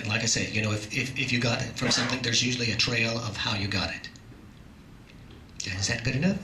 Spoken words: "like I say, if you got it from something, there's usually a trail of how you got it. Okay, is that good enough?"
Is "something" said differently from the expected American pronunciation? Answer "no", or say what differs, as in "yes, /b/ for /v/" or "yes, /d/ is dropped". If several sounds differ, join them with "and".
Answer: no